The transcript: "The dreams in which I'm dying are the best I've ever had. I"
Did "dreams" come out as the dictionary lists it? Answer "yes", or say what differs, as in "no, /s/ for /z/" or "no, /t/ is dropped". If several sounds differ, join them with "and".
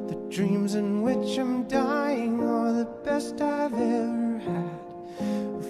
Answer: yes